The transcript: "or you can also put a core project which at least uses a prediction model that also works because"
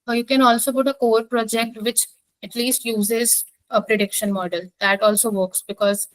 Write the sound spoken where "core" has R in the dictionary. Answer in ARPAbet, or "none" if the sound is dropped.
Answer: R